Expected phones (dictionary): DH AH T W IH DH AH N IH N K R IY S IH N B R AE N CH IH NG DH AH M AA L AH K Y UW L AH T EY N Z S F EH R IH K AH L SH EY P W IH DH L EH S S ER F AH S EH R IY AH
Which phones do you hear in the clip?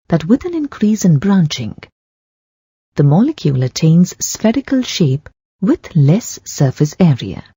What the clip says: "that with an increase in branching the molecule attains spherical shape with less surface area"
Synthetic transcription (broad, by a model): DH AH T W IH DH AH N IH N K R IY S IH N B R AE N CH IH NG DH AH M AA L AH K Y UW L AH T EY N Z S F EH R IH K AH L SH EY P W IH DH L EH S S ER F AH S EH R IY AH